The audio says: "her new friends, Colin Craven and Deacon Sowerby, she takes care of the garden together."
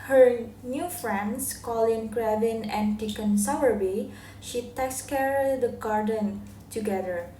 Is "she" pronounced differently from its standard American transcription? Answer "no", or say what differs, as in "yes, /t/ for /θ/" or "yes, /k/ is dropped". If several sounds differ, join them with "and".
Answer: no